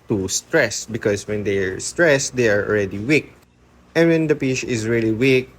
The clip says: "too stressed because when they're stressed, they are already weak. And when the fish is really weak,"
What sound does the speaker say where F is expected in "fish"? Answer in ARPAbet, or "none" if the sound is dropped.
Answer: P